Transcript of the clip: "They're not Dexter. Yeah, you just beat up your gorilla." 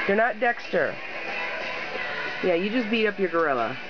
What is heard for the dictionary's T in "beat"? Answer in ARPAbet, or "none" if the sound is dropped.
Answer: T